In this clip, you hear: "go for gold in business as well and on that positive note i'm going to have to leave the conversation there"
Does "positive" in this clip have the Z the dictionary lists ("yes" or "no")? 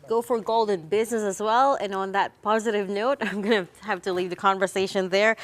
yes